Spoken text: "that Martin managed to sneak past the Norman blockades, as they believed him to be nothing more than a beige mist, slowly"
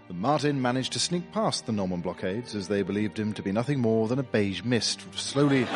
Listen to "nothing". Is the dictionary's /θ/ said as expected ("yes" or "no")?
yes